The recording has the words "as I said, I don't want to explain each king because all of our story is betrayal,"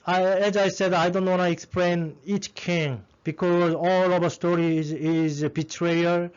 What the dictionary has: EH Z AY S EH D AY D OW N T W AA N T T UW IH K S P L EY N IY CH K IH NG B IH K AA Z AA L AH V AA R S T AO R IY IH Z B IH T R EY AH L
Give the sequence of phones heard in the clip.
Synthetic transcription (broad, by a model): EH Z AY S EH D AY D OW N T W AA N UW IH K S P L EY N IY CH K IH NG B IH K AA Z AA L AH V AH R S T AO R IY IH Z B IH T R EY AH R